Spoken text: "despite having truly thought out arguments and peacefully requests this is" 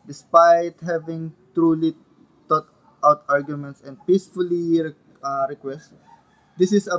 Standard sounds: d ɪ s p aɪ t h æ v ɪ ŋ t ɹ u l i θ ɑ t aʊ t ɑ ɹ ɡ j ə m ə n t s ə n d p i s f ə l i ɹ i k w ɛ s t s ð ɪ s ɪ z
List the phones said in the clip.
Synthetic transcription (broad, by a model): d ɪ s p aɪ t h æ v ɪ ŋ t ɹ u l i t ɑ t aʊ t ɑ ɹ ɡ j ə m ə n t s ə n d p i s f ə l i ɹ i k w ɛ s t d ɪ s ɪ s